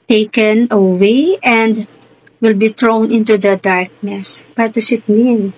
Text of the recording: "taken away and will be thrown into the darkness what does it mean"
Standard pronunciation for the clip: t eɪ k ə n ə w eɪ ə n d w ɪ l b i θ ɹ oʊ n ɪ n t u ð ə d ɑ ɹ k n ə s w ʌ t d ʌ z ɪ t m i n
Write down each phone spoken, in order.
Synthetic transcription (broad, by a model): t eɪ k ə n ə w eɪ ə n d w ɪ l b i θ ɹ oʊ n ɪ n t u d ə d ɑ ɹ k n ə s w ʌ t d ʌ s ɪ t m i n